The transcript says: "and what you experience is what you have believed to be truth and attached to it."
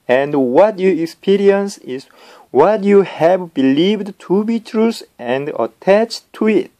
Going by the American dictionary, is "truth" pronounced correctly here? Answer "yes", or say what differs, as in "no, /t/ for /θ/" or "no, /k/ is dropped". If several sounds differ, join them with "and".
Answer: no, /s/ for /θ/